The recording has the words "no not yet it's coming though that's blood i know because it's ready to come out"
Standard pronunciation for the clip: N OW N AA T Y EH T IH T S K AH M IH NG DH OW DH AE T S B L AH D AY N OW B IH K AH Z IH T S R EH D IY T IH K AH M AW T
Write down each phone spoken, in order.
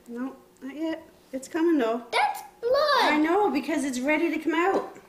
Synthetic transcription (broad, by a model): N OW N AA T Y EH T IH T S K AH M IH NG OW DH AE T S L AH AY N OW B IH K AH Z IH T S R EH D IY T IH K AH M AW T